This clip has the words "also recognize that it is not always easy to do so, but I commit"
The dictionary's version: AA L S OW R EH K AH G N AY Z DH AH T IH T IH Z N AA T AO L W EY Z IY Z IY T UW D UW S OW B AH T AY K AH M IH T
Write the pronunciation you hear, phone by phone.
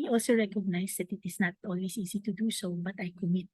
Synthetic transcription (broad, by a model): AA L S OW R EH K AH G N AY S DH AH T IH T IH S N AA T AO L W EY S IY S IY T UW D UW S OW B AH T AY K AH M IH T